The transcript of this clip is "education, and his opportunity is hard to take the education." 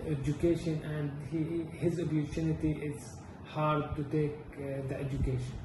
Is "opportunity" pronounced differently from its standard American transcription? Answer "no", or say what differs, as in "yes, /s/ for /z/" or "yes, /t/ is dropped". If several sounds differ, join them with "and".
yes, /b/ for /p/